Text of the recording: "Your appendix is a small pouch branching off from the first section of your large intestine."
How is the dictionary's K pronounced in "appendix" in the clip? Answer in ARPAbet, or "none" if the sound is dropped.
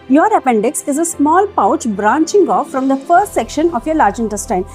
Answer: K